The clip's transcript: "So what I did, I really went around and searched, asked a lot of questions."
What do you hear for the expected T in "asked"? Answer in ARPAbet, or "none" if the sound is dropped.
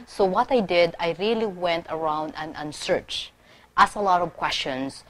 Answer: none